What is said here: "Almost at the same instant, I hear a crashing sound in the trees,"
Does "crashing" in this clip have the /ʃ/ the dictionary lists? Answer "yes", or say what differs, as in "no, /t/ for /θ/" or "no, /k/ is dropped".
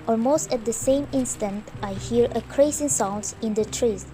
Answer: no, /s/ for /ʃ/